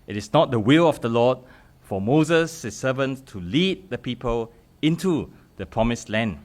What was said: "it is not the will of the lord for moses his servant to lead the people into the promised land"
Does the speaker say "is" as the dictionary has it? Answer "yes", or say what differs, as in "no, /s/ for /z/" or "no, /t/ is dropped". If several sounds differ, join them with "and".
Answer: no, /s/ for /z/